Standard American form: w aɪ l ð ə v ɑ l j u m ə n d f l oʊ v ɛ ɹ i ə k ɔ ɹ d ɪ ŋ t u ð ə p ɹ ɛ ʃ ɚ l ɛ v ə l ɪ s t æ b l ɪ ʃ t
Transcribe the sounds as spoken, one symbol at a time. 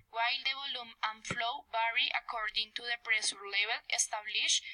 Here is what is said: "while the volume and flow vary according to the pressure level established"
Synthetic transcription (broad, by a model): w aɪ l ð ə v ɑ l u m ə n f l oʊ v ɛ ɹ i ə k ɔ ɹ d ɪ ŋ t u ð ə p ɹ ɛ s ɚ l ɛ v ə l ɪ s t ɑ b l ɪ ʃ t